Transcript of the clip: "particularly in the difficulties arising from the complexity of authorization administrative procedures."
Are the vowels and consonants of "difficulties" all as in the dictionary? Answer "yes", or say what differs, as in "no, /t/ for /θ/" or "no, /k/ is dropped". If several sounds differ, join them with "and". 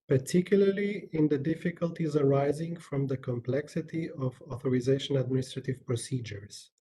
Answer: yes